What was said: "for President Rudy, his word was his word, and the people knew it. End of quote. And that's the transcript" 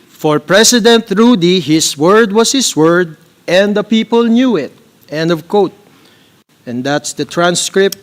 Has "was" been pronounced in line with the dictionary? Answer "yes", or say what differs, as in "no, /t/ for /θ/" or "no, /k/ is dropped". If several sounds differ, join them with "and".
no, /s/ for /z/